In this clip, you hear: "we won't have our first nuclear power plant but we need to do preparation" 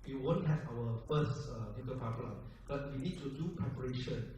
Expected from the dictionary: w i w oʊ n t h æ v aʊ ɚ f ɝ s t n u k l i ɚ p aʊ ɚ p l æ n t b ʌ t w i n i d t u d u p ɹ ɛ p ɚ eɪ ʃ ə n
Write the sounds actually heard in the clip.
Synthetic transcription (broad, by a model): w i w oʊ n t h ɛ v aʊ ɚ f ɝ s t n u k i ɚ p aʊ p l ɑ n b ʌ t w i n i d t u d u p ɹ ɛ p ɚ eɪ ʃ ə n